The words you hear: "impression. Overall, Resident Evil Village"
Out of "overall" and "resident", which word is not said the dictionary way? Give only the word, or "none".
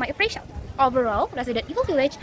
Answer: resident